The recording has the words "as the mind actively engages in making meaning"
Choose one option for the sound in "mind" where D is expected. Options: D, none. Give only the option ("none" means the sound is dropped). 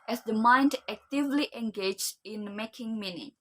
D